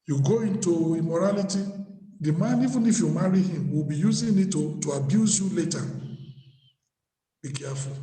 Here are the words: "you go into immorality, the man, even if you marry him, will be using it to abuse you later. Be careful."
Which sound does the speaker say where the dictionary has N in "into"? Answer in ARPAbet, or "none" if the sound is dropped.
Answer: N